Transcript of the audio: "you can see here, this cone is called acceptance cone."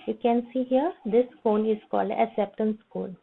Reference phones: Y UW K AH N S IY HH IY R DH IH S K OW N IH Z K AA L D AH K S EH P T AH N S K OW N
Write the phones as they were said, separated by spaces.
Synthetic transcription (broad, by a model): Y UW K AH N S IY HH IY R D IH S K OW N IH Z K AA L D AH S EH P T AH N S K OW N